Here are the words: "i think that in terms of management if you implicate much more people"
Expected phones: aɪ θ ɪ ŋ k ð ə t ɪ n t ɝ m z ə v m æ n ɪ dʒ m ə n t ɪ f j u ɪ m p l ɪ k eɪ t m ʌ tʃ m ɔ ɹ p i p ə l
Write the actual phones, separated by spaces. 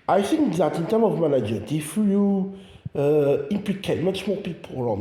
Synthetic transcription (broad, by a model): aɪ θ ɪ ŋ k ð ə t ɪ n t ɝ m ə v m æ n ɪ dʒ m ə n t ɪ f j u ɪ m p l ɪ k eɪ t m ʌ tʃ m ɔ p i p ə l